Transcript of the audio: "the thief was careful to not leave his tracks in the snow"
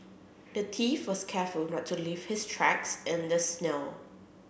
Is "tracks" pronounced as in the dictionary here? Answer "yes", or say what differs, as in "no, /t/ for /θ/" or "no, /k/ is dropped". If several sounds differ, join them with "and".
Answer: yes